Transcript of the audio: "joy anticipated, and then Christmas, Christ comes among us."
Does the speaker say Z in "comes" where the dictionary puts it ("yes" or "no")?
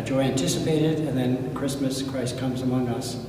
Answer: yes